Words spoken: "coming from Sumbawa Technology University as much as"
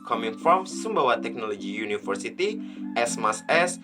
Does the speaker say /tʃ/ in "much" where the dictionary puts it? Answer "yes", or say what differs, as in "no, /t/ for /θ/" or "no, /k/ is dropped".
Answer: no, /s/ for /tʃ/